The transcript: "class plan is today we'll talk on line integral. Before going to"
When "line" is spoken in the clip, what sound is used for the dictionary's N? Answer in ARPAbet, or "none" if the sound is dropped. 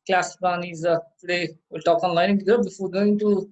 none